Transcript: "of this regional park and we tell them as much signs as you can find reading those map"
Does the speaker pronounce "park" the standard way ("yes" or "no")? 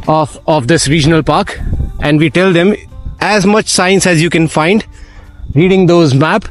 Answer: yes